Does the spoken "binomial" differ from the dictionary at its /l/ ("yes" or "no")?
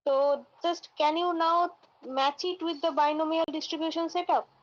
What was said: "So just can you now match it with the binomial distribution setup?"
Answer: no